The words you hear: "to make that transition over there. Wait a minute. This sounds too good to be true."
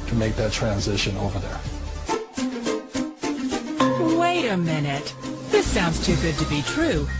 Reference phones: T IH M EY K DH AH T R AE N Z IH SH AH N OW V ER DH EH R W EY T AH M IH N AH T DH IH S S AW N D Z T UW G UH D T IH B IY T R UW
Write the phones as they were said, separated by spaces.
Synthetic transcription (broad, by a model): T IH M EY K DH AH T R AE N Z IH SH AH N OW V ER DH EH R W EY T AH M IH N AH T DH IH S S AW N D Z T UW G UH D T IH B IY T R UW